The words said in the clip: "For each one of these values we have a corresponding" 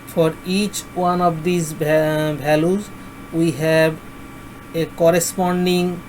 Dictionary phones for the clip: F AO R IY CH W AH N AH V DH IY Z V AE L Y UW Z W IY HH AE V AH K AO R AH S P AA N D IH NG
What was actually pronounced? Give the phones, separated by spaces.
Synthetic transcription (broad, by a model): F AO R IY CH W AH N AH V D IY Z B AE L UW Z W IY HH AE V AH K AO R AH S P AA N D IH NG